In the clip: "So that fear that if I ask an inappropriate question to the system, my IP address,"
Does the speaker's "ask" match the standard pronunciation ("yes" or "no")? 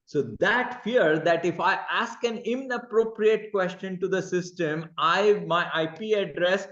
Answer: yes